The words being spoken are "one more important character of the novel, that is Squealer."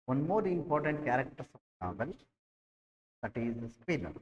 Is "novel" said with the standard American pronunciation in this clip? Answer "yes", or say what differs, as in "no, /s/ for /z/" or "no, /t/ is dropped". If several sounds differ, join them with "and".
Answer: no, /p/ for /v/